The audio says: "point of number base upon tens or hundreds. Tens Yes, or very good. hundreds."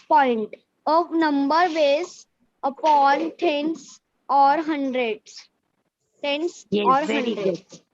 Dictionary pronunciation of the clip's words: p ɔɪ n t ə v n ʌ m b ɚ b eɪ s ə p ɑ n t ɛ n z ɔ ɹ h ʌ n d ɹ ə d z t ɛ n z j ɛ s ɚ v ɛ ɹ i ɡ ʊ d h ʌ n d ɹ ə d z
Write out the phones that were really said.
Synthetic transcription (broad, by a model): p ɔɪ n t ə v n ʌ m b ɚ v eɪ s ə p ɑ n t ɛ n s ɔ ɹ h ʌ n d ɹ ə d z t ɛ n s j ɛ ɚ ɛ i d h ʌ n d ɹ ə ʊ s